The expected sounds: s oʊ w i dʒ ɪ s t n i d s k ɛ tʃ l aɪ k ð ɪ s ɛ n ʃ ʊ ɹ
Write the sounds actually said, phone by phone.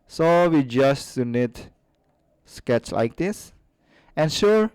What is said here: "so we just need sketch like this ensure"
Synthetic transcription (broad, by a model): s oʊ w i dʒ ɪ s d n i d s k ɛ tʃ l aɪ k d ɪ s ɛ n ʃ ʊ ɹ